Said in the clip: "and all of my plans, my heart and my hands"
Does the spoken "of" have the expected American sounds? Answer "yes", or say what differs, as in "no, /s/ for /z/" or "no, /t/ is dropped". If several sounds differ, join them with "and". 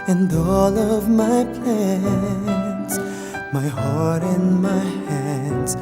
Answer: yes